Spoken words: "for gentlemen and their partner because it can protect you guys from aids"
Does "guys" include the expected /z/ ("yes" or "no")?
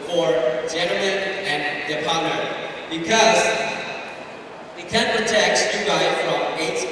no